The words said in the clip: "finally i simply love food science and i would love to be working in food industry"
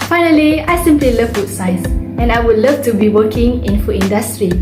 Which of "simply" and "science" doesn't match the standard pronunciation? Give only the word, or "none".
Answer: science